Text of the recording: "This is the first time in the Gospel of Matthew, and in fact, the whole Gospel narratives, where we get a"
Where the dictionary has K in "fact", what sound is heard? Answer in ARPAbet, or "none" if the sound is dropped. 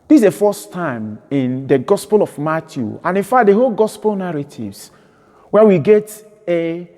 none